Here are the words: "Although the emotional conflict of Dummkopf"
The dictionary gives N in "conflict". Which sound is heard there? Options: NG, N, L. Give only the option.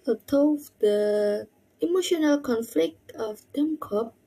N